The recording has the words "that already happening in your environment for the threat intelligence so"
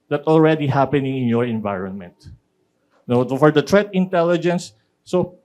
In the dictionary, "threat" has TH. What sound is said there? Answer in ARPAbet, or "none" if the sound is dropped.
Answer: T